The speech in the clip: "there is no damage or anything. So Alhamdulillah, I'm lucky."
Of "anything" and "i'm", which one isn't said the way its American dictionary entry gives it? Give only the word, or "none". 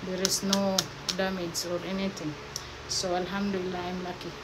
anything